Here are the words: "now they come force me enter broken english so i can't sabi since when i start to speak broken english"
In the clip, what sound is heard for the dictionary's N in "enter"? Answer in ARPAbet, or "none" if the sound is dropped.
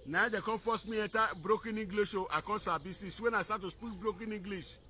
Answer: none